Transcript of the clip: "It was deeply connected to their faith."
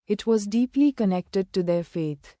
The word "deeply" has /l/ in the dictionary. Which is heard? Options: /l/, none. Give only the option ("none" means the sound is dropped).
/l/